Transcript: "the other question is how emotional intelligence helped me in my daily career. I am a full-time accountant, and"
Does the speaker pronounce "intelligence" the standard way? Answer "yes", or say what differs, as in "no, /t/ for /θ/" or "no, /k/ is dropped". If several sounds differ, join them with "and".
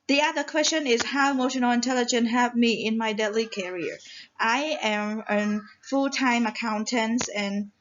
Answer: no, /s/ is dropped